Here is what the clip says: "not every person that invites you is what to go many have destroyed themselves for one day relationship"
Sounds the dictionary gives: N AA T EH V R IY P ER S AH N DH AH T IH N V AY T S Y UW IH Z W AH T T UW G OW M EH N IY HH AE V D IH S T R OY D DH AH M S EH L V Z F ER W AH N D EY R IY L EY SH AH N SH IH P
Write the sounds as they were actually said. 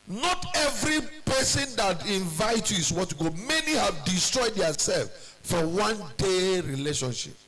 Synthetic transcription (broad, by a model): N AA T EH V R IY P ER S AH N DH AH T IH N V AY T Y UW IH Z W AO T T UW G OW M EH N IY HH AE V D IH S T R OY D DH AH S EH L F F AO W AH N D EY R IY L EY SH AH N SH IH P